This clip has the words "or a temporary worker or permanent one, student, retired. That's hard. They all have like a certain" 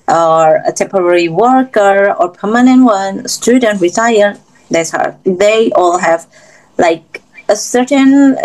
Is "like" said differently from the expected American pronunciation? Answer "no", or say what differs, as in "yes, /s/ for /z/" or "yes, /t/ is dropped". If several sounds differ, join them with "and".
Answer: no